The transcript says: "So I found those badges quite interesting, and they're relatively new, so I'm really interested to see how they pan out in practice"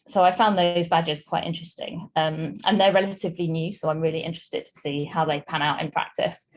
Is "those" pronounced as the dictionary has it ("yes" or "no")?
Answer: yes